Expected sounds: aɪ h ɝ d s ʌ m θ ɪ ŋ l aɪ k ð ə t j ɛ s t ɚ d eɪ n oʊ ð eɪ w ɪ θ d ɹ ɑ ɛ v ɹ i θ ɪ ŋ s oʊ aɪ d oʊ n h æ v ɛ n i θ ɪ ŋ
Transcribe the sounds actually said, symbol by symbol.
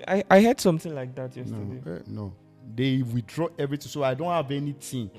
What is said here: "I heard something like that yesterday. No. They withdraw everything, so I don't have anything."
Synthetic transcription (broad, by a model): aɪ h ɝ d s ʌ m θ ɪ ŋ l aɪ k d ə t j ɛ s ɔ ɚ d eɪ n oʊ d eɪ w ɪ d ɹ ɑ ɛ v ɹ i t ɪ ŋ s oʊ aɪ d oʊ n h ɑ v ɛ n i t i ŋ